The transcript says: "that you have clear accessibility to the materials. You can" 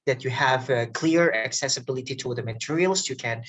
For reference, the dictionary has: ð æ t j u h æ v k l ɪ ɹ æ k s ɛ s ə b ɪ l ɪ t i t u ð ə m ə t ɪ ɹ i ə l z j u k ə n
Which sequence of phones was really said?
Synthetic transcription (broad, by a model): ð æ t j u h æ v k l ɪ ɹ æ k s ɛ s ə b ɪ l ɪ t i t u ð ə m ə t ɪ ɹ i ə l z j u k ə n